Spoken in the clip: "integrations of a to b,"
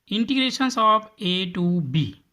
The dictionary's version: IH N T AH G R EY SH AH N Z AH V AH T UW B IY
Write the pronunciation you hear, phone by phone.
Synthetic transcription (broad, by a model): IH N T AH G R EY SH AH N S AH P AH T UW B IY